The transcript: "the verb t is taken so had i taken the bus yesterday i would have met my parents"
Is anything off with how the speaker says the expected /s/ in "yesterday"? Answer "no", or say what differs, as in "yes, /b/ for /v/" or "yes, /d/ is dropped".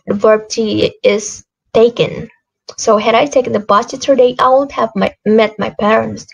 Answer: yes, /s/ is dropped